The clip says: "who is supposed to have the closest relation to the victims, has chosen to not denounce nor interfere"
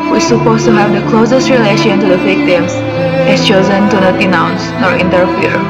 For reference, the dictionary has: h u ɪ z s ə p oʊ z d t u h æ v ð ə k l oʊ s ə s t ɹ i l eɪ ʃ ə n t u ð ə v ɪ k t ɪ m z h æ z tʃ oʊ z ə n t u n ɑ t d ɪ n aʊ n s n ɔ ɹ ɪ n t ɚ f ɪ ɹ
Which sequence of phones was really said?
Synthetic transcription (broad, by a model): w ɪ s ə p oʊ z t u h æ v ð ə k l oʊ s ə s t ɹ i l eɪ ʃ ə n t u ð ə f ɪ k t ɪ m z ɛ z tʃ oʊ z ə n t u n ɑ t d ɪ n aʊ n s n ɔ ɹ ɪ n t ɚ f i ɹ